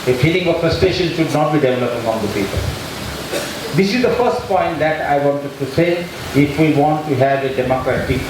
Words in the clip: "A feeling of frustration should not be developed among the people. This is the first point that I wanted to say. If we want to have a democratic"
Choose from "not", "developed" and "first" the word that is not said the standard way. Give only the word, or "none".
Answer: developed